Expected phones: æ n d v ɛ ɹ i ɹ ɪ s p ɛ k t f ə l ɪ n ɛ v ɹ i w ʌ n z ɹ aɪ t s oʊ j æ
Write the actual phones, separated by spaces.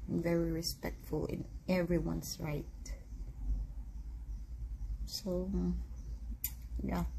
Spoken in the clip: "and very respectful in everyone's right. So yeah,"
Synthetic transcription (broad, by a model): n v ɛ ɹ i ɹ ɪ s p ɛ k t f ə l ɪ n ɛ v ɹ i w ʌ n s ɹ aɪ t s oʊ j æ